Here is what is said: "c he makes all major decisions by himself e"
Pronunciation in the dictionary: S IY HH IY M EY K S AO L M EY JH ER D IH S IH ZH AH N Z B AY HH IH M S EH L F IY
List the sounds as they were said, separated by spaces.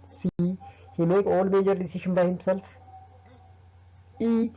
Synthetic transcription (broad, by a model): S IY HH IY M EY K AO L M EY JH ER D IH S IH SH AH N B AY HH IH M S EH L F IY